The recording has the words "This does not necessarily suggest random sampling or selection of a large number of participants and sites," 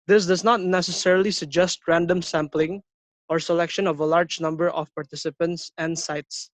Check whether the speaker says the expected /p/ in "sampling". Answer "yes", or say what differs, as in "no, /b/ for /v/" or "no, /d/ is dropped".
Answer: yes